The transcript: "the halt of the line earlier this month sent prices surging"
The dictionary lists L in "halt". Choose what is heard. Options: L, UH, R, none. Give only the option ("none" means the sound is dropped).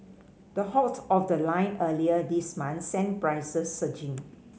none